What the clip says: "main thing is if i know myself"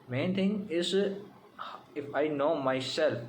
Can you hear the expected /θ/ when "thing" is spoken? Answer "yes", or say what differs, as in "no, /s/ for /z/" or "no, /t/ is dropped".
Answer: no, /t/ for /θ/